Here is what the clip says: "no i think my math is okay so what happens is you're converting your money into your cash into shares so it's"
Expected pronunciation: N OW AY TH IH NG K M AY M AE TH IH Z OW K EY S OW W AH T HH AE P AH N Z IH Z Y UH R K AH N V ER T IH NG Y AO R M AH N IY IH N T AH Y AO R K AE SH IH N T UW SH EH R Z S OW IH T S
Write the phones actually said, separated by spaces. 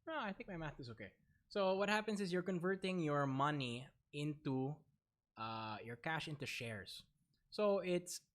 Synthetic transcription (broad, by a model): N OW AY TH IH NG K M AY M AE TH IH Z OW K EY S OW W AH T HH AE P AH N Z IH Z Y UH R K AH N V ER T IH NG Y AO R M AH N IY IH N T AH Y AO R K AE SH IH N T UW SH EH R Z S OW IH T S